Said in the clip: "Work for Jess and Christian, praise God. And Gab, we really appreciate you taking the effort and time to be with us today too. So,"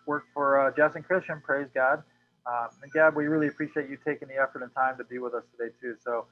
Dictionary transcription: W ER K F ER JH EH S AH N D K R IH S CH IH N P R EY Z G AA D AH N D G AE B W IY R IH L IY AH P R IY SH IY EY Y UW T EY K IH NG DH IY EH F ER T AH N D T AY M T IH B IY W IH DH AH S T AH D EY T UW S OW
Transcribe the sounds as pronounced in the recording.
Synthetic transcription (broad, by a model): W ER K F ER JH EH S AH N K R IH S CH IH N P R EY Z G AA D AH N G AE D W IY R IH L IY AH P R IY SH IY EY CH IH T EY K IH NG DH IY EH F ER T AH N T AY M T IH B IY W IH DH AH S T AH D EY T UW S OW